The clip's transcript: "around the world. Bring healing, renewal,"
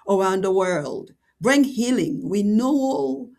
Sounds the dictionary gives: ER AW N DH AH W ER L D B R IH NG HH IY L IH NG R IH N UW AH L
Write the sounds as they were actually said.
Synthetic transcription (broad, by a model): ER AW N DH AH W ER L D B R IH NG HH IY L IH NG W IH N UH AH L